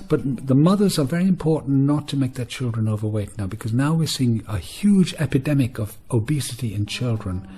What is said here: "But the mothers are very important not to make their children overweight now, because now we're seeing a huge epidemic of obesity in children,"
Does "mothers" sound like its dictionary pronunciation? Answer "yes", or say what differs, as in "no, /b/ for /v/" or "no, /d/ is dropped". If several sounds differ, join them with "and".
yes